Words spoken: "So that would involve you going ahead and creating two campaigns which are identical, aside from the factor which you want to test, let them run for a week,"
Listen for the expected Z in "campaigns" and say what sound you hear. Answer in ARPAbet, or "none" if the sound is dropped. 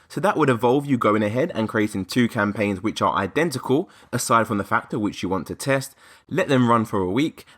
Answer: Z